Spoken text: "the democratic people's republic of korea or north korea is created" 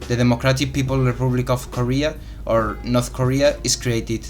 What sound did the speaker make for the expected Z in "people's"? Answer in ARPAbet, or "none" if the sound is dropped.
none